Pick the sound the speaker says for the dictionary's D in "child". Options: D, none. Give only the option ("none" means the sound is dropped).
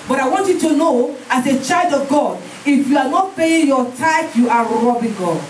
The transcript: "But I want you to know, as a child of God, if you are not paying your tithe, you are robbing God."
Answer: D